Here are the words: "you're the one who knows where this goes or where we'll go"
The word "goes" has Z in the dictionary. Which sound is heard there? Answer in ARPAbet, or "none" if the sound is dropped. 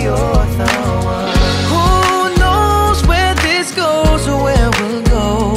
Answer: Z